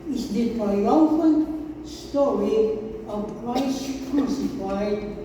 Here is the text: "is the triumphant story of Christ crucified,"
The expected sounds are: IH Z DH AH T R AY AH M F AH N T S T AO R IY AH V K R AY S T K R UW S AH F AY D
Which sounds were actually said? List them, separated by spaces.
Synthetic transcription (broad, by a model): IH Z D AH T AY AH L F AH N S T AO R IY AH V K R AY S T K R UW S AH F AY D